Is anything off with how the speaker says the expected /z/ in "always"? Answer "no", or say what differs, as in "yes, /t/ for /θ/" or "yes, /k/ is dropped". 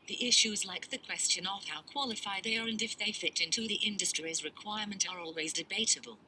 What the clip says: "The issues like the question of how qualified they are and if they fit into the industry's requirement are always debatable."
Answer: no